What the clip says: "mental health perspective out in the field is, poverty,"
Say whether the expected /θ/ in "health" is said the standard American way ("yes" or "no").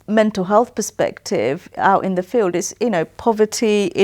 yes